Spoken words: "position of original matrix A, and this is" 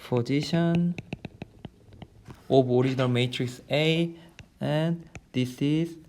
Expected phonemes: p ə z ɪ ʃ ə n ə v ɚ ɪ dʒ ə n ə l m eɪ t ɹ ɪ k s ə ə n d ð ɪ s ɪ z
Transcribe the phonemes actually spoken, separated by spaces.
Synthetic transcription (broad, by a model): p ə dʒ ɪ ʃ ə n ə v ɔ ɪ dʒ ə n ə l m eɪ t ɹ ɪ k s ə ə n d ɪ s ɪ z